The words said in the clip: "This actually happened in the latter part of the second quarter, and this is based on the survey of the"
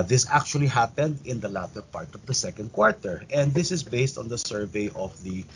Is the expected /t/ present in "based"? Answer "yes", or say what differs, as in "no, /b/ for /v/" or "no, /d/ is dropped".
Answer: yes